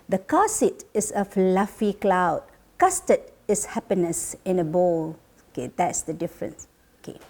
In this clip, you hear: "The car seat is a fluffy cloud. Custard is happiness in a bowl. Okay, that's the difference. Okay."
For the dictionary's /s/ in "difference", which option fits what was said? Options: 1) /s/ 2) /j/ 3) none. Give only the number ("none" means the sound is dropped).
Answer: 1